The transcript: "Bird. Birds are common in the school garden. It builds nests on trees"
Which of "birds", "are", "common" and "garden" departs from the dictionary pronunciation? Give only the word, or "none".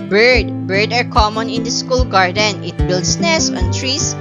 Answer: birds